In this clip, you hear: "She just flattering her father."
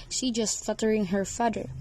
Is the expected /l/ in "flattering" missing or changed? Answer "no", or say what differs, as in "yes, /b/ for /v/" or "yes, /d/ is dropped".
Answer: yes, /l/ is dropped